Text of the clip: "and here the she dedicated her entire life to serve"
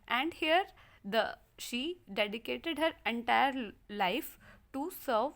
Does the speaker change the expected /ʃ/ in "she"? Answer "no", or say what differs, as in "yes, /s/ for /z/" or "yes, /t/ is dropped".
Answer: no